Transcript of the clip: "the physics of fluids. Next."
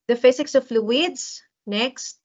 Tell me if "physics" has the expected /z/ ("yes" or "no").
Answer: no